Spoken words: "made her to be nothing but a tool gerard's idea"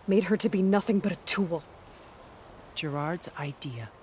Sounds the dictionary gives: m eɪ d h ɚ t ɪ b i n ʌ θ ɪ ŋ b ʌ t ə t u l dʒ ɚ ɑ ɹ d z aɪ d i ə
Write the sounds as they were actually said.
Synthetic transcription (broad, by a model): m eɪ d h ɚ t ɪ b i n ʌ θ ɪ ŋ b ʌ t ə t u l dʒ ɚ ɑ ɹ d z aɪ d i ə